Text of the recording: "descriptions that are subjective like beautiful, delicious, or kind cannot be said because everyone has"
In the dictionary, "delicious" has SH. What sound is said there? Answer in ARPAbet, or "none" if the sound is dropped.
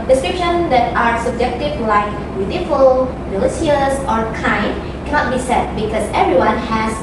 S